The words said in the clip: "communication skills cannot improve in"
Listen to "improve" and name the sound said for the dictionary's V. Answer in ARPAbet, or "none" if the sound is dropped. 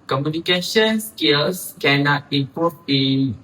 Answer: B